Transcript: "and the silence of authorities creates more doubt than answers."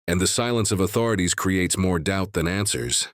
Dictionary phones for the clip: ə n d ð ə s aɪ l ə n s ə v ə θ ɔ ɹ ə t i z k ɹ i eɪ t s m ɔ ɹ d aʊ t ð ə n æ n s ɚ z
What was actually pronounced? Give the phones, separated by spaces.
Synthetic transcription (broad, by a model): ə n ð ə s aɪ l ə n s ə v ə θ ɔ ɹ ə t i z k ɹ i eɪ t s m ɔ ɹ d aʊ t ð ə n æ n s ɚ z